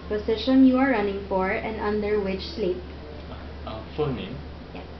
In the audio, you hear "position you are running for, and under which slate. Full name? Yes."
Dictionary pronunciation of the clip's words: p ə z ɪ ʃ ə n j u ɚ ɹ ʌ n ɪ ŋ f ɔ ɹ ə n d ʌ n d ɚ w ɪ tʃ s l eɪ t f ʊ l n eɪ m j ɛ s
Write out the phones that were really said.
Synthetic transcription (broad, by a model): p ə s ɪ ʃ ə n j u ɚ ɹ ʌ n ɪ ŋ f ɔ ɹ ə n d ʌ n d ɚ w ɪ tʃ s l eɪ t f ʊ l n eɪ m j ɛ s